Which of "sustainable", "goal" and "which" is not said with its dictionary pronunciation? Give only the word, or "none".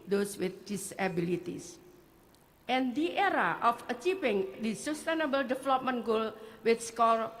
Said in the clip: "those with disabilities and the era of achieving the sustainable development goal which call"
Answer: which